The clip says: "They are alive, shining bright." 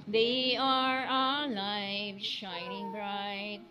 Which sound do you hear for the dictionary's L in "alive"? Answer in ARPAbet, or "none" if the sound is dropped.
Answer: L